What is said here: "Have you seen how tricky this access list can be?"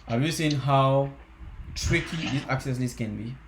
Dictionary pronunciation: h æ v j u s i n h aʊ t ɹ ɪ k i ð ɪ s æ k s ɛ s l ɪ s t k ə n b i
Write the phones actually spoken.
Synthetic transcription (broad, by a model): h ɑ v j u s i n h aʊ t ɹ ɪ k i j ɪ ɑ k s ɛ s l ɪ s k ə n b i